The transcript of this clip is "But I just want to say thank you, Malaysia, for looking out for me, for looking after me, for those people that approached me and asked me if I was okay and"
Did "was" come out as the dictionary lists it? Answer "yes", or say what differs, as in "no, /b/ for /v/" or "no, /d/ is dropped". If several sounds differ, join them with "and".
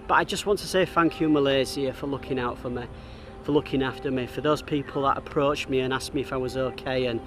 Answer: yes